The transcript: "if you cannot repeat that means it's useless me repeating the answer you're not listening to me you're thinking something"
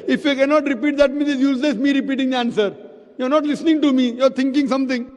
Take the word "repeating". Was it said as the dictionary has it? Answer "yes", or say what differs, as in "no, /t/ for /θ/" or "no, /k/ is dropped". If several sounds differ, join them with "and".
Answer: yes